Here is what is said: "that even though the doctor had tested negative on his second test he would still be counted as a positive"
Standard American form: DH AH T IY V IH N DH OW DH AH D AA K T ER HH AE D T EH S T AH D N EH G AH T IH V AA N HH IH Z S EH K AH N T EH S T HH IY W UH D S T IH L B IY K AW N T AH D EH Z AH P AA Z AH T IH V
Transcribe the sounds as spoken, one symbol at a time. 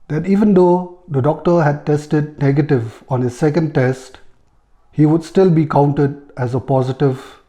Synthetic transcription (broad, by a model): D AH T IY V IH N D OW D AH D AA K T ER HH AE D T EH S T AH D N EH G AH T IH V AA N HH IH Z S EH K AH N T EH S T HH IY W UH D S T IH L B IY K AW N T AH D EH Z AH P AA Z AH T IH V